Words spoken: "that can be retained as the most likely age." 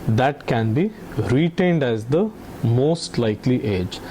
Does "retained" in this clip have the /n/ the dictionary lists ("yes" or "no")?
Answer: yes